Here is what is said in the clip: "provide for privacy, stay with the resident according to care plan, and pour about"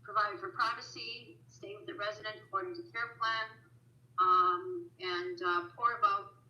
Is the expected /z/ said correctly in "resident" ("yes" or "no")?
yes